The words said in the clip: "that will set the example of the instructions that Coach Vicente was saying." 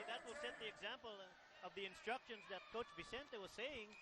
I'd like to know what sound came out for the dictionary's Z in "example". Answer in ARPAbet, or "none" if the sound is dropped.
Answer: Z